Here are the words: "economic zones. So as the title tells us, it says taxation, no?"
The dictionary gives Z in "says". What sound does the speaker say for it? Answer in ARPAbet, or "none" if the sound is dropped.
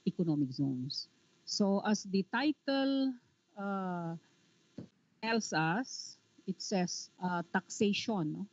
S